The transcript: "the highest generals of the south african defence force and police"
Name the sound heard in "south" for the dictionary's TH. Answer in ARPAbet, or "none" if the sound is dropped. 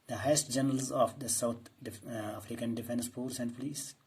T